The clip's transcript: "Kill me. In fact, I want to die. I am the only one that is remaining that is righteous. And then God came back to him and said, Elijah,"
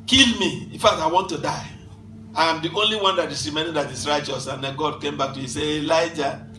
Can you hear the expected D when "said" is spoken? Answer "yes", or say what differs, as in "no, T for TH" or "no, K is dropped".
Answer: no, D is dropped